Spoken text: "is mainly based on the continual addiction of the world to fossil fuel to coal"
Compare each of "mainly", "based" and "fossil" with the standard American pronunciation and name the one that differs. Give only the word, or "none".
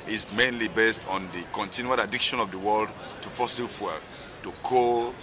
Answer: none